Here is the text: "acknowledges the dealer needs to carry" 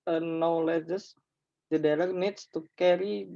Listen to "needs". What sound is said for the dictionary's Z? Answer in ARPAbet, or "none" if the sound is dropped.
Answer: S